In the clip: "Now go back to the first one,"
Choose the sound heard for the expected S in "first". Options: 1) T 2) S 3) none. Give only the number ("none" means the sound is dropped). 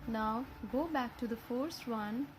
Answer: 2